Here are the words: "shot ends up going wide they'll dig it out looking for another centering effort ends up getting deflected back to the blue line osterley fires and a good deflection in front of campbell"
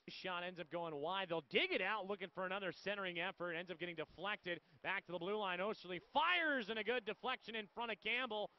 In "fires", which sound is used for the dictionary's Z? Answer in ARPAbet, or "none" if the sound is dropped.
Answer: Z